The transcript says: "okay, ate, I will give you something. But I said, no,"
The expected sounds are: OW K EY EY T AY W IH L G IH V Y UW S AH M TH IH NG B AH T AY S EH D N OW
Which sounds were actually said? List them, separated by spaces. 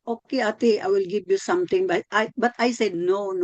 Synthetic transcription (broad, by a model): OW K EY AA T AY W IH L G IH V Y UW S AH M T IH NG B AH T AY S EH D N OW